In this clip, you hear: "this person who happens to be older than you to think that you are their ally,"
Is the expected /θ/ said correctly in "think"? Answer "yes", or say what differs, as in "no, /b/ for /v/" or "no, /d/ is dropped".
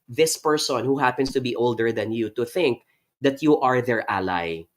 yes